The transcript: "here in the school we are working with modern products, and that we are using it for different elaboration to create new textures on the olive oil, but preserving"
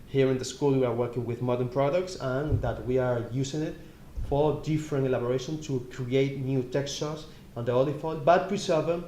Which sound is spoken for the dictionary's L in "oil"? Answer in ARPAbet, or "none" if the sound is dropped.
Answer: N